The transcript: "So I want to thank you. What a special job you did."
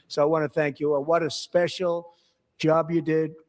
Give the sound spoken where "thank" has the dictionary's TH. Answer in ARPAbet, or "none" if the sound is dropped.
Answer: TH